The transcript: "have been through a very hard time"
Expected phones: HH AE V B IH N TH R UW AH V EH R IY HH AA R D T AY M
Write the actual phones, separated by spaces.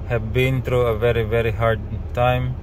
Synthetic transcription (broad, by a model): HH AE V B IH N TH R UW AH V EH R IY HH AA R D T AY M